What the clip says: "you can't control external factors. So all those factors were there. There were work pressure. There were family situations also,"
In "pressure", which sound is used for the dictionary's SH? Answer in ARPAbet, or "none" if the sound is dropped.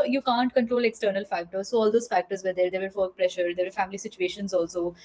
SH